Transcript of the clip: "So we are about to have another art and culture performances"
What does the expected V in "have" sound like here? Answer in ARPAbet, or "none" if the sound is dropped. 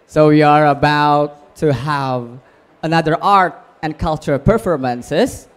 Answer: V